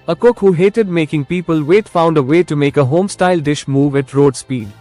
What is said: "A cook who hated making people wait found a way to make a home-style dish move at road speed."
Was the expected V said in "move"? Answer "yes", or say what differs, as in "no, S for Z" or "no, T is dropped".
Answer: yes